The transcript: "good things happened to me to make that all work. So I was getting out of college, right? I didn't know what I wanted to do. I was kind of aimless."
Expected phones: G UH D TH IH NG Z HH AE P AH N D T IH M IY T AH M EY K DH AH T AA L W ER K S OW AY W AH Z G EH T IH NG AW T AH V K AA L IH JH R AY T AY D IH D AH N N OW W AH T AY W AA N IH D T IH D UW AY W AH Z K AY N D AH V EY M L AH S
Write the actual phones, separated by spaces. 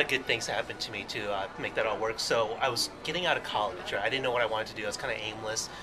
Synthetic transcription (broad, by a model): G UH D TH IH NG Z HH AE P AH N T IH M IY T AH M EY K DH AH T AA L W ER K S OW AY W AH Z G EH T IH NG AW T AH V K AA L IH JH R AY AY D IH D N N OW W AH T AY W AA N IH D T IH D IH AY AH S K AY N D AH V EY M L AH S